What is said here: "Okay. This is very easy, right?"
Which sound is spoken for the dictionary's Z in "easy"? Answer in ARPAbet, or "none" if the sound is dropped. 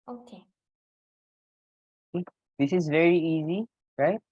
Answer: Z